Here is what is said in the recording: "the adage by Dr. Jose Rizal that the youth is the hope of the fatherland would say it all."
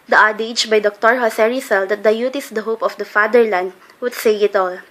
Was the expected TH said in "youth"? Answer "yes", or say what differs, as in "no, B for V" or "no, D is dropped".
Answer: no, T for TH